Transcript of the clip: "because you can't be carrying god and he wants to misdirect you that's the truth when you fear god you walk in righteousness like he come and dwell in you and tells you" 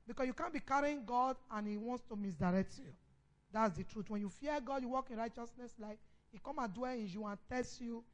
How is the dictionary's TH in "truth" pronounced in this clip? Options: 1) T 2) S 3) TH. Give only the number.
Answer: 1